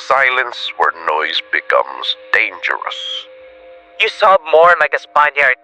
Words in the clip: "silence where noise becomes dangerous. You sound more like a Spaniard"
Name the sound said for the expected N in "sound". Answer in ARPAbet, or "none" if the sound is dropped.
none